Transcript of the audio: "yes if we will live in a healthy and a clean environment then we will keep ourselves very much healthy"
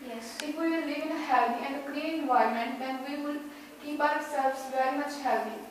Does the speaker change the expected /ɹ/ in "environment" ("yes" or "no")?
yes